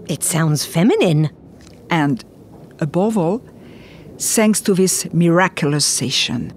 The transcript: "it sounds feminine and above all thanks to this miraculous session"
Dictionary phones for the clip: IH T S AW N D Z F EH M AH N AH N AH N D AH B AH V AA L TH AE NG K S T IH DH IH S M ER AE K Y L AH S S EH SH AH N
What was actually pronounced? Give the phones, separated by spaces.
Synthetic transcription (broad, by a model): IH T S AW N D Z F EH M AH N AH N AH N D AH B AH V AA L S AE NG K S T IH DH IH S M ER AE K Y L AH S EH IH SH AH N